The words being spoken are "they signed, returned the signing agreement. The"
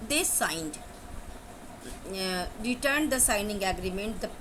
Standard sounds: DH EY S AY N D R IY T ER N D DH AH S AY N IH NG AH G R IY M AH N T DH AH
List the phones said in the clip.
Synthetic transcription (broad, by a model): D EY S AY N D R IY T ER N D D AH S AY N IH NG AH G R IY M AH N T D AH